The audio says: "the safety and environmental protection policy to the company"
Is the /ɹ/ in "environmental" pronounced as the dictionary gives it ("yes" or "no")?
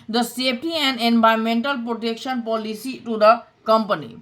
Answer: no